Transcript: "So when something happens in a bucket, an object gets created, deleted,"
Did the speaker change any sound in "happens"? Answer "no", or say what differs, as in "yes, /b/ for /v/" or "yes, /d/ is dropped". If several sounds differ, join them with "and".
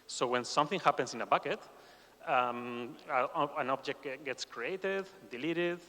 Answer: yes, /s/ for /z/